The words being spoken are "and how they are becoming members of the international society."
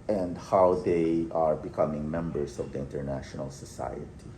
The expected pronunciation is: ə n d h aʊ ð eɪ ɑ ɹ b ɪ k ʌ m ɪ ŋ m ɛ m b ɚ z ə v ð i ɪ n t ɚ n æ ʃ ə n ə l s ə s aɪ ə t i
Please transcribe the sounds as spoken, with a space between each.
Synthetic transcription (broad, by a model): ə n d h aʊ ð eɪ ɑ ɹ b ɪ k ʌ m ɪ ŋ m ɛ m b ɚ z ə v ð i ɪ n t ɚ n æ ʃ ə n ə l s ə s aɪ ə t i